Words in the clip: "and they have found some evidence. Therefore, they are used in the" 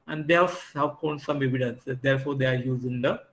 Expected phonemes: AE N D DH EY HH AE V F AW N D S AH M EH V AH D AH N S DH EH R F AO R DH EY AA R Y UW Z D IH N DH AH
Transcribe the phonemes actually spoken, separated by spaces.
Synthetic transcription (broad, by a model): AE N D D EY HH AE V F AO N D S AH M EH V AH D AH N S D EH R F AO R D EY AA R Y UW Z IH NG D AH